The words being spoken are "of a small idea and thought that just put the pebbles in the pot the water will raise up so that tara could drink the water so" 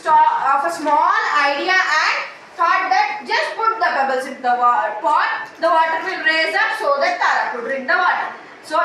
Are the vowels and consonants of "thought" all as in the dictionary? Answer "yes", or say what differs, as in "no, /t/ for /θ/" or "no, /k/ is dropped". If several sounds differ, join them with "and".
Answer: no, /f/ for /θ/